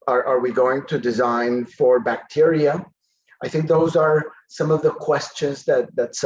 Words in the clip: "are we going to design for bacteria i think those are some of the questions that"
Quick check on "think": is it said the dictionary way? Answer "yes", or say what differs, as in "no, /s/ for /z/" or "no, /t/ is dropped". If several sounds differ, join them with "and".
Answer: yes